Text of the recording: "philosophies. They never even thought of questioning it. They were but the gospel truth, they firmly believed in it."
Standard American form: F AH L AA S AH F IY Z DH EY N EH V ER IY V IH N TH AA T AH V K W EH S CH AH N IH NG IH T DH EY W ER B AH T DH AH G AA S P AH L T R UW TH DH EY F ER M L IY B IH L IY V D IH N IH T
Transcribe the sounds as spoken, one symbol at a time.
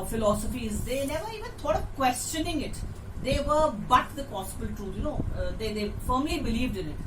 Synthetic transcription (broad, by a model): F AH L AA S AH F IY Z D EY N EH V ER IY V IH N T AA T AH V K W EH S CH AH N IH NG IH T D EY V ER B AH T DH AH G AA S B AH L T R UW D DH EY F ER M L IY B IH L IY V D IH N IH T